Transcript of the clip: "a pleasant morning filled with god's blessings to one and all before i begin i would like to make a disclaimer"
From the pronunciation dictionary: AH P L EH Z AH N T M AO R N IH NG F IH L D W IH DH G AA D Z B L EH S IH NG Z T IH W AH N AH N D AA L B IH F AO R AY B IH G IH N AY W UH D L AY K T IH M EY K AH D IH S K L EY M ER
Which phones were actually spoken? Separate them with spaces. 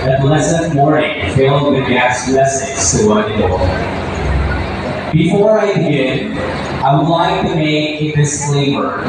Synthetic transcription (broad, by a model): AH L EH S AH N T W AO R IH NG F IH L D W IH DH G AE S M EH S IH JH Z T IH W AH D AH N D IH B IH F AO R AY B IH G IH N AY W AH D L AY K T IH M EY K AH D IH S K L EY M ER